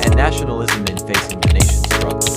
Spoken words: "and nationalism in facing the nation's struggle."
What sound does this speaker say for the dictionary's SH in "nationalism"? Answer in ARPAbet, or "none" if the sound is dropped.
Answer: SH